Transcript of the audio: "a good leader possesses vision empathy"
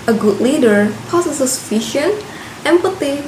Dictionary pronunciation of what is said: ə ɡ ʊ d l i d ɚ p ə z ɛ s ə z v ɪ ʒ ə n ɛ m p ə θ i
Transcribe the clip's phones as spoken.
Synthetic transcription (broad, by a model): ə ɡ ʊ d l i d ɚ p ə s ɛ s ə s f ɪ ʃ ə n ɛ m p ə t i